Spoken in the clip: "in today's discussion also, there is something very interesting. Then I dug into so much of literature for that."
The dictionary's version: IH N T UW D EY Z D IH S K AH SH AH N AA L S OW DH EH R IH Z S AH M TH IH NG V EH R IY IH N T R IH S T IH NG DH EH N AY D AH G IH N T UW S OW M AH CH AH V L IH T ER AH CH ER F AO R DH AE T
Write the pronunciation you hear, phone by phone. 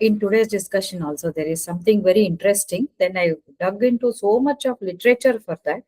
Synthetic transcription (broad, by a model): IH N T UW D EY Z D IH S K AH SH AH N AA L S OW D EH R IH Z S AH M T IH NG V EH R IY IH N T R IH S T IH NG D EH N AY D AH G IH N T UW S OW M AH CH AH V L IH T ER AH CH ER F AO R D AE T